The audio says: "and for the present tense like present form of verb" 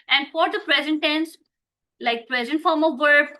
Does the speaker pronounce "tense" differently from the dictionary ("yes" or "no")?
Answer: no